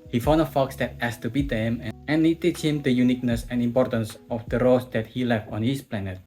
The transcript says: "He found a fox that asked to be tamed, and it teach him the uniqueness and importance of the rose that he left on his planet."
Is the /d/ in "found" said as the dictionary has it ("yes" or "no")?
no